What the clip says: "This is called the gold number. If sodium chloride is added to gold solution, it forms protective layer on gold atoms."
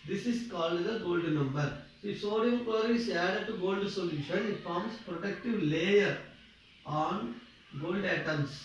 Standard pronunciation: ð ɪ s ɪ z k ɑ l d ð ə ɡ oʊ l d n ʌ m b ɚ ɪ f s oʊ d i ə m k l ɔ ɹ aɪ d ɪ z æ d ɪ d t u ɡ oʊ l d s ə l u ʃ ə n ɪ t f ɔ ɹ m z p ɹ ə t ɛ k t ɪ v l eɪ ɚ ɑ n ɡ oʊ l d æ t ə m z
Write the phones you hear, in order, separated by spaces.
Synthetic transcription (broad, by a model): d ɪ s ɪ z k ɑ l d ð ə ɡ oʊ l d n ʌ m b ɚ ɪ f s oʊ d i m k w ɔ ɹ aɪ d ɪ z æ d ɪ d t u ɡ oʊ l d s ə l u ʃ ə n ɪ t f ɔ ɹ m s p ɹ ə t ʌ k t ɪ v l eɪ ɚ ɑ n ɡ oʊ l d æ t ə m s